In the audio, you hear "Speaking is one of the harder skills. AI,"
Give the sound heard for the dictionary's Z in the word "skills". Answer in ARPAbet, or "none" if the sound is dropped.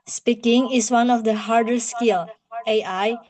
none